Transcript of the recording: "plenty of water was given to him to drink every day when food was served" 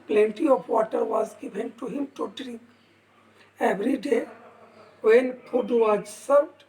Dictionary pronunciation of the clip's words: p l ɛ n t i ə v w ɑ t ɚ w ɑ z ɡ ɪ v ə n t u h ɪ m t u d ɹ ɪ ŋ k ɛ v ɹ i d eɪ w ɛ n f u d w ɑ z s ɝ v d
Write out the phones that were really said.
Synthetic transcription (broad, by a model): p l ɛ n t i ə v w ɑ t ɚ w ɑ z ɡ ɪ v ə n t u h ɪ m t u d ɹ ɪ ŋ k ɛ v ɹ i d eɪ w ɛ n p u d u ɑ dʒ s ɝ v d